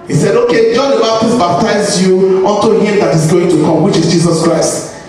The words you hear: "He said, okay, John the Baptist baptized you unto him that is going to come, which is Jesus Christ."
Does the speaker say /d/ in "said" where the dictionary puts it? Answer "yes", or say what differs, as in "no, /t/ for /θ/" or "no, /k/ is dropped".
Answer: yes